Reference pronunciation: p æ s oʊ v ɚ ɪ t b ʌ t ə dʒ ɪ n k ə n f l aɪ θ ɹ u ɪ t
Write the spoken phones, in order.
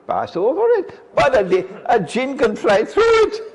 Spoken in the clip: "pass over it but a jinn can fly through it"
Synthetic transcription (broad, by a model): p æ s oʊ v ɚ ɪ t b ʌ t ə dʒ ɪ n k ə n f l aɪ θ ɹ u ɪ t